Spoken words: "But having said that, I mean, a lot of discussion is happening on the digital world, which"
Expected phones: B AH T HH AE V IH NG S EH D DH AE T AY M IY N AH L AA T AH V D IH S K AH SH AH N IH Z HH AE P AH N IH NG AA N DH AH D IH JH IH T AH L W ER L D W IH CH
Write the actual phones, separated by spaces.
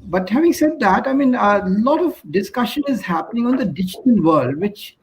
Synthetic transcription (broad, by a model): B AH T HH AE V IH NG S EH D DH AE T AY M IY N AH L AA T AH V D IH S K AH SH AH N IH Z HH AE P AH N IH NG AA N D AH D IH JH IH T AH N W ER L D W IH CH